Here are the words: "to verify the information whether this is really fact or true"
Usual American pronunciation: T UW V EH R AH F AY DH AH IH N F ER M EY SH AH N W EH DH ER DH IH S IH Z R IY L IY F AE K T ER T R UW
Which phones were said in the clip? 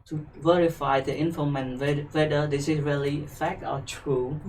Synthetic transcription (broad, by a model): T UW V EH R AH F AY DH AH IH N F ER M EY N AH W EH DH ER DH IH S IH S R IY L IY F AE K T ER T R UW